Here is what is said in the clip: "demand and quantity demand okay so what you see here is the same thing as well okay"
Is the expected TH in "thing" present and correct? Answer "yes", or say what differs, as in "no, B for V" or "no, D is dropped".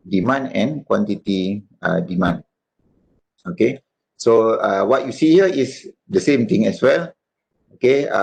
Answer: no, T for TH